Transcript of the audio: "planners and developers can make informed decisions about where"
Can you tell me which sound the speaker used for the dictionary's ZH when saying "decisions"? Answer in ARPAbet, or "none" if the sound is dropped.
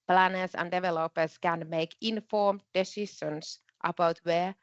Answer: SH